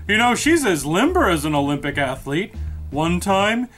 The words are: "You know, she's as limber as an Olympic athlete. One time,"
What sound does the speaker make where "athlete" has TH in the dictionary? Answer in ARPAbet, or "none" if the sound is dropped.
TH